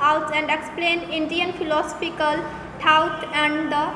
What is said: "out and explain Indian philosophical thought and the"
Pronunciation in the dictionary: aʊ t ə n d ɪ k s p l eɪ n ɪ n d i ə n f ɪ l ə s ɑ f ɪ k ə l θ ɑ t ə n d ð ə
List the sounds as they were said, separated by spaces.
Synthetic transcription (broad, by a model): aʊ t ə n d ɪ k s p l eɪ n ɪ n d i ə n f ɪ l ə s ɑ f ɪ k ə l s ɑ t ə n d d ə